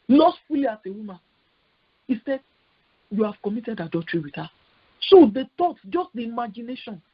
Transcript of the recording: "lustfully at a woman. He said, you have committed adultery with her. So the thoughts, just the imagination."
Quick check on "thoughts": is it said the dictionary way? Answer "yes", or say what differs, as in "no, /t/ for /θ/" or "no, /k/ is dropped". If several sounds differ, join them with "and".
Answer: no, /t/ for /θ/ and /s/ is dropped